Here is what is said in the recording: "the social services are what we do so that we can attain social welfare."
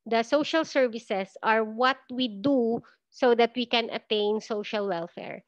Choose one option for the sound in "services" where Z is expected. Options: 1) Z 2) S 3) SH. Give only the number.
2